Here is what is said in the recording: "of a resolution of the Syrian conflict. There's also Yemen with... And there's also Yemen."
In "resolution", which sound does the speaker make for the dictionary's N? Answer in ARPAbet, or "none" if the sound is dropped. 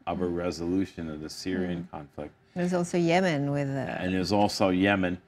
N